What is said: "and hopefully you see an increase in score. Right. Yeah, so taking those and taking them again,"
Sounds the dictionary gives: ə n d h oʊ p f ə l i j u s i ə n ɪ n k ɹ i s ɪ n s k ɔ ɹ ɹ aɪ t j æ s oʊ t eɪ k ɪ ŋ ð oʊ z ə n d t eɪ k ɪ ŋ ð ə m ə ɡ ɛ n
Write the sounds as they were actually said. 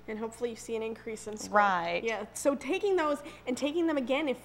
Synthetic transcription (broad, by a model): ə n h oʊ p f l i j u s i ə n ɪ n k ɹ i s ɪ n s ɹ ɹ aɪ t j æ s oʊ t eɪ k ɪ ŋ ð oʊ z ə n t eɪ k ɪ ŋ ð ə m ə ɡ ɛ n